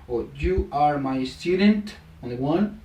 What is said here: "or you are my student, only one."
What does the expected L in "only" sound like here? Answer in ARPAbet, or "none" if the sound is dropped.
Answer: none